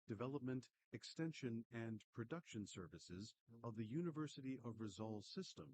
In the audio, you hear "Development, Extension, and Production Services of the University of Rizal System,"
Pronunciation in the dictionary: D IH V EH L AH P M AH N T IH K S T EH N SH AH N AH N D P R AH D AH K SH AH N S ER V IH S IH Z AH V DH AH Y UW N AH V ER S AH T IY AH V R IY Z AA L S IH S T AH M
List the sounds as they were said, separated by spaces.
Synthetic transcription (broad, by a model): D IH V EH L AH P M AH N T IH K S T EH N SH AH N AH N P R AH D AH K SH AH N S ER V IH S IH Z AH V DH AH Y UW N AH V ER S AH T IY AH V R IY Z AA L S IH S T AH M